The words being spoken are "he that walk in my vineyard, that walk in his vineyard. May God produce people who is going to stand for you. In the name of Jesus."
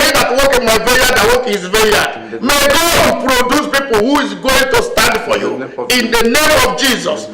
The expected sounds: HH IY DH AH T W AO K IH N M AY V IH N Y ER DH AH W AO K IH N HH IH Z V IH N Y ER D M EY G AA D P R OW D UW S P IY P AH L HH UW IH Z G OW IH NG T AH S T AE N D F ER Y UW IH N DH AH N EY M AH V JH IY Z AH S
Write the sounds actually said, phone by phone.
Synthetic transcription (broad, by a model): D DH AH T W AO K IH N M AY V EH Y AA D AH W AO K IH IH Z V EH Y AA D M EY G AA D P R OW D UW S P IY P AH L HH UW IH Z G OW IH NG T AH S T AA N D F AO Y UW IH N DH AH N EY M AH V JH IY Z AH S